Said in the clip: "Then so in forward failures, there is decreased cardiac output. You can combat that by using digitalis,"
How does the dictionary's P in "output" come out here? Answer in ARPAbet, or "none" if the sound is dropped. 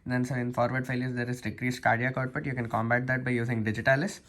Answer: B